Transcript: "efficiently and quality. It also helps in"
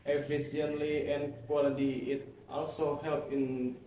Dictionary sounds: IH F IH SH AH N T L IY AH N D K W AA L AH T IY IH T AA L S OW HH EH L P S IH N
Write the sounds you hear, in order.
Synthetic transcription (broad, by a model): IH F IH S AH N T L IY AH N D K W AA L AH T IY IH T AA L S OW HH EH L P IH N